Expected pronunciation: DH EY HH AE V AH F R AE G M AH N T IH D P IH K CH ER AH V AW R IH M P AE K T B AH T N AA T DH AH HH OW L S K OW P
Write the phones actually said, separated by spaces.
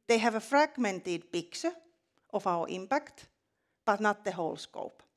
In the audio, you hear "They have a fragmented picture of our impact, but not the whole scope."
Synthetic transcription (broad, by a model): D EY HH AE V AH F R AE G M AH N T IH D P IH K S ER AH F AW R IH M P AE K T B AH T N AA T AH HH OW L S K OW P